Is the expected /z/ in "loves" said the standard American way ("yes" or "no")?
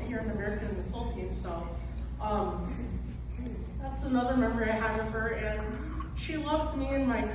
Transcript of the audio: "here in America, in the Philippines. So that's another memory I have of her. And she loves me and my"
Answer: yes